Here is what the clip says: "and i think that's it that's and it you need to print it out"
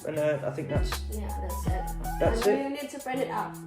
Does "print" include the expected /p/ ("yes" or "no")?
no